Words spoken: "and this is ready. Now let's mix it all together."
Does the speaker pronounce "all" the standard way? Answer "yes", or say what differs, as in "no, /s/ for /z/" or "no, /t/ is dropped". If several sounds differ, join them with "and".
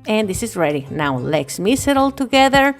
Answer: yes